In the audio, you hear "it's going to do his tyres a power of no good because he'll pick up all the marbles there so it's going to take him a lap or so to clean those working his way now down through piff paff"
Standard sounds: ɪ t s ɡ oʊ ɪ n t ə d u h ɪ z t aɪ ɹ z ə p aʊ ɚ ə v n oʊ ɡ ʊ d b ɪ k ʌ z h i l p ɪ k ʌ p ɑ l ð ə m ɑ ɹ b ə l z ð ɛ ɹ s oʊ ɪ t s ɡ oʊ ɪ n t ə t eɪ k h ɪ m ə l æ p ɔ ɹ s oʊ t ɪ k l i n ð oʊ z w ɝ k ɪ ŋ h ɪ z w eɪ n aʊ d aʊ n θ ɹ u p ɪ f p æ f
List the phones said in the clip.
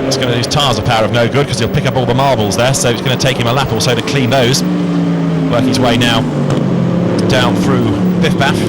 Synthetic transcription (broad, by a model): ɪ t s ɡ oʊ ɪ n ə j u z t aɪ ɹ z ə p aʊ ɚ ə v n oʊ ɡ ʊ d k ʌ z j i l p ɪ k ʌ p ɑ l ð ə m ɑ ɹ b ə l z ð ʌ ɹ s oʊ ɪ t s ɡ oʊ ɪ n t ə t eɪ k h ɪ m ə l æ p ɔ l s oʊ t ɪ k l i n ð oʊ z w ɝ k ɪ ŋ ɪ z w eɪ n aʊ d aʊ n θ ɹ u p ɪ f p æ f